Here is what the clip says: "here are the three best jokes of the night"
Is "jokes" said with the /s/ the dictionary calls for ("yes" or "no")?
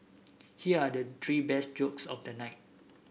yes